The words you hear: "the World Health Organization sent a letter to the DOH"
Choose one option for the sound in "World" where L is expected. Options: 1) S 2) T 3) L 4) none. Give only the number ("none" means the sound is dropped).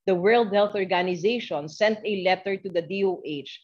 3